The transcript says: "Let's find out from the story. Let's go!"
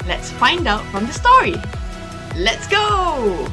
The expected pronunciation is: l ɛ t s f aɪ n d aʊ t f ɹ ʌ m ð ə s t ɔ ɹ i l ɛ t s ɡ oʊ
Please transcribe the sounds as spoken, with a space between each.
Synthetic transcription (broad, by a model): l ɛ t s f aɪ n d aʊ t f ɹ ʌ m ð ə s t ɔ ɹ i l ɛ t s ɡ oʊ